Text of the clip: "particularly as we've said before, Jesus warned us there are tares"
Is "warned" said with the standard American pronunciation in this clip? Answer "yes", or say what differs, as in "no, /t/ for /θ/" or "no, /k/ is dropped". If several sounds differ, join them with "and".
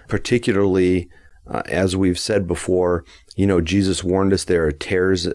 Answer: yes